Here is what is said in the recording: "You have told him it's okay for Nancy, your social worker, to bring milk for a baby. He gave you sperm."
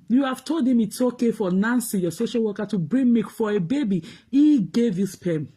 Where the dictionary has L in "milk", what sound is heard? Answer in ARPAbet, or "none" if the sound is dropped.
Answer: none